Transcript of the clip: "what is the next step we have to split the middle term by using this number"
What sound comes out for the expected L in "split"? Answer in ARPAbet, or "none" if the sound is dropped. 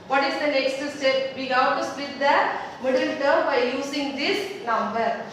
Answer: none